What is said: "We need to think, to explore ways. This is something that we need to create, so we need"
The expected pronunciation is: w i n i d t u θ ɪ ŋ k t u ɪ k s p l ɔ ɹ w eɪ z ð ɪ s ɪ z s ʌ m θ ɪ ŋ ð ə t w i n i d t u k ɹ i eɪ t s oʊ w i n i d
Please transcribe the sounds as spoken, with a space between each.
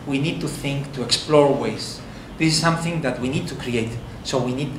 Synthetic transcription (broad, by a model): w i n i d t u θ ɪ ŋ k t u ɪ k s p l ɔ ɹ w eɪ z ð ɪ s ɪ s ʌ m θ ɪ ŋ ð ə t w i n i d t u k ɹ i eɪ t s oʊ w i n i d